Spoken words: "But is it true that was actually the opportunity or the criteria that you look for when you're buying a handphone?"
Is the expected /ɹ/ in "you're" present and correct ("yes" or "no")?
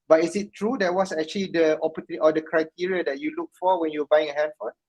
no